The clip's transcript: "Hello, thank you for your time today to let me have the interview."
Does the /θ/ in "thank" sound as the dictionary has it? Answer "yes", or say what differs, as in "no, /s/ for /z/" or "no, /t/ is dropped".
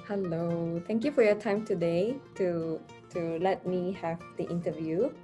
no, /t/ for /θ/